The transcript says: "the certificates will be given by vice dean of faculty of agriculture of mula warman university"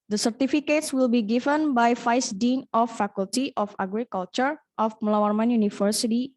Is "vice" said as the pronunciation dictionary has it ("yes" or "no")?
no